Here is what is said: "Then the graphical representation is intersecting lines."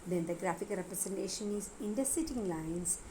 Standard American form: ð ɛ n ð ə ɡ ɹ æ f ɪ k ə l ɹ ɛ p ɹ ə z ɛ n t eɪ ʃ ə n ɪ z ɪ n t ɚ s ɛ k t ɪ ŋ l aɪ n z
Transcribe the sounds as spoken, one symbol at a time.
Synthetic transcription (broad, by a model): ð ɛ n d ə ɡ ɹ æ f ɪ k ɹ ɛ p ɹ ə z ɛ n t eɪ ʃ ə n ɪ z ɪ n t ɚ s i t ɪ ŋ l aɪ n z